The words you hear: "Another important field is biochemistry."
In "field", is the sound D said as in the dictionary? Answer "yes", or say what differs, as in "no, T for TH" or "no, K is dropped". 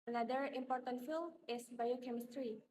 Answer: no, D is dropped